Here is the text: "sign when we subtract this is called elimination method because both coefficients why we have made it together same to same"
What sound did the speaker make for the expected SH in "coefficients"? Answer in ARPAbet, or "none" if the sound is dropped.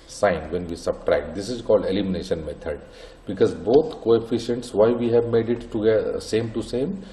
SH